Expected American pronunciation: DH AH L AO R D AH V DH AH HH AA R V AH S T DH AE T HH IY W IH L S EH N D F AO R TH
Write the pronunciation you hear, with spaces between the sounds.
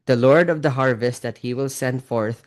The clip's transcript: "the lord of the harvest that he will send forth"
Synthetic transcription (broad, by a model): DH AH L AO R D AH V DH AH HH AA R V AH S T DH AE T HH IY W IH L S EH N D F AO R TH